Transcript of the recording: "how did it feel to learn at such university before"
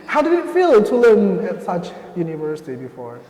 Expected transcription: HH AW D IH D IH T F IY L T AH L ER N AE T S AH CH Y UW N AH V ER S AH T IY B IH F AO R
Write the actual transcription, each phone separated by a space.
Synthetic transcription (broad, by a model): HH AW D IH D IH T F IY L T AH L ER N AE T S AH CH Y UW N AH V ER S AH T IY B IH F AO R